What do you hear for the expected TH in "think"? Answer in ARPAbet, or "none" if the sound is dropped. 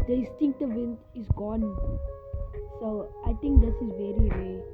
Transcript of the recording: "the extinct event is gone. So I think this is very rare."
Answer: T